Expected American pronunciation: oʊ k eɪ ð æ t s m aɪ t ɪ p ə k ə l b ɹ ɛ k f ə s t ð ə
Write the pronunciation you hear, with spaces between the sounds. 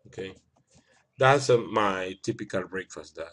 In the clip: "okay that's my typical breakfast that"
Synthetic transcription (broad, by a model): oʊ k eɪ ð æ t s m aɪ t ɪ p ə k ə l b ɹ ɛ k f ə s t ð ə